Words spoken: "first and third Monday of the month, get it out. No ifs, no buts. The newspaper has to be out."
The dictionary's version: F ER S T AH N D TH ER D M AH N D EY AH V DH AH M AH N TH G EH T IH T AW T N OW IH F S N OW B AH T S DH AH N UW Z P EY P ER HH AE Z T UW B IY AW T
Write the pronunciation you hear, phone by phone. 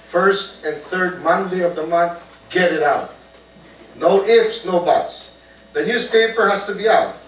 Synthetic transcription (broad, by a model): F ER S T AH N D TH ER D M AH N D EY AH V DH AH M AH N TH G EH T IH T AW T N OW IH F S N OW B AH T S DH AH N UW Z P EY P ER HH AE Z T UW B IY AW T